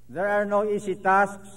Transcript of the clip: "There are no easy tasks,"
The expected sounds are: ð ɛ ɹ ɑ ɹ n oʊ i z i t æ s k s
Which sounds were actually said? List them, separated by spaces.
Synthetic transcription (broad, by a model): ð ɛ ɹ ɑ ɹ n oʊ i s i t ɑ s k s